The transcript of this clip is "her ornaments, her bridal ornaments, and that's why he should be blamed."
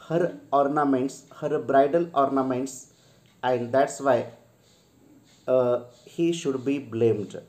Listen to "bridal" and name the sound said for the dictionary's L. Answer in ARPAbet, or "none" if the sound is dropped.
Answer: N